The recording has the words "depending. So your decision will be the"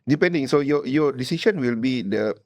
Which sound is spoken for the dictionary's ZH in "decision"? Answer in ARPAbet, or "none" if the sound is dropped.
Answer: SH